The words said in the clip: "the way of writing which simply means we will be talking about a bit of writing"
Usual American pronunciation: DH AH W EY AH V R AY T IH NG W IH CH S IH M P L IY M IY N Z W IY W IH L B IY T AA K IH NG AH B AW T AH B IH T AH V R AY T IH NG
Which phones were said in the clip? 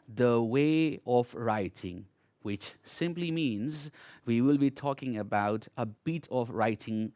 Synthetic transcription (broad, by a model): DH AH W EY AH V R AY T IH NG W IH CH S IH M P L IY M IY N Z W IY W IH L B IY T AA K IH NG AH B AW T AH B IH T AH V R AY T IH NG